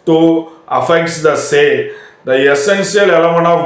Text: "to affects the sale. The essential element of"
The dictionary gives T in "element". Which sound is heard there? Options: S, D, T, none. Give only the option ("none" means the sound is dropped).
none